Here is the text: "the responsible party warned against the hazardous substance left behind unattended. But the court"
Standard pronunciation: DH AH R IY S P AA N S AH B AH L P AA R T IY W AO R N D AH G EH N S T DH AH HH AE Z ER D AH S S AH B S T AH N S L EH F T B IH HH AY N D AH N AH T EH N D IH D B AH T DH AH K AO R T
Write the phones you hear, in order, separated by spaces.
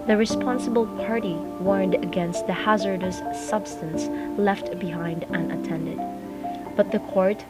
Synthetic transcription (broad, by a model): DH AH R IY S P AA N S AH B AH L P AA R T IY W AO R N D AH G EH N S T DH AH HH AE Z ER D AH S S AH B S T AH N S L EH F T B IH HH AY N D AH N AH T EH N D IH D B AH T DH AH K AO R T